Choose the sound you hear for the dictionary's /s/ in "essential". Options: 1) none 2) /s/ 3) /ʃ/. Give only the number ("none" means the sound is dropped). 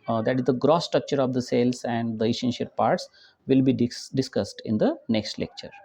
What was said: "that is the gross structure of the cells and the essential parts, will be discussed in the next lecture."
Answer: 3